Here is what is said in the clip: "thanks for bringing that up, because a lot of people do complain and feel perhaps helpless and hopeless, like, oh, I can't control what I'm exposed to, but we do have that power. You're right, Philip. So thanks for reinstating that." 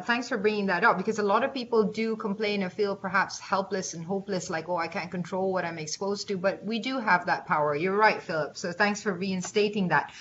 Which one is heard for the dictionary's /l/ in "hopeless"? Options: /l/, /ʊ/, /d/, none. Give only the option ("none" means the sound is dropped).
/l/